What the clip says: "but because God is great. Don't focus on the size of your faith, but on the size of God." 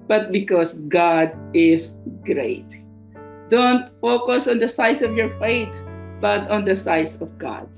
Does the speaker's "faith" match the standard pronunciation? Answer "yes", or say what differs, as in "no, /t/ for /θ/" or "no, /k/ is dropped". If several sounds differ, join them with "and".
no, /t/ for /θ/